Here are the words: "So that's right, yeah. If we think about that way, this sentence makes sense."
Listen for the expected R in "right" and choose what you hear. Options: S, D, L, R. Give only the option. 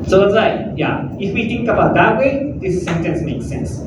L